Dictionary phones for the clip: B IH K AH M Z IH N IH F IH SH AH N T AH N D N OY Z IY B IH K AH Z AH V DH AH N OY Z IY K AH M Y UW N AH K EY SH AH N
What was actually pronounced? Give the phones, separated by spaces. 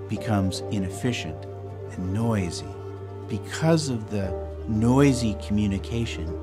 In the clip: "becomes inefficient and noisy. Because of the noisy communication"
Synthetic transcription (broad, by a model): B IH K AH M Z IH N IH F IH SH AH N T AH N N OY Z IY B IH K AH Z AH V DH AH N OY Z IY K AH M Y UW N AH K EY SH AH N